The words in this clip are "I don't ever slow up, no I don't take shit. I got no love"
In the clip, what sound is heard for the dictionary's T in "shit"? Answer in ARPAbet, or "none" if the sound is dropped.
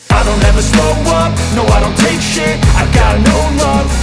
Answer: none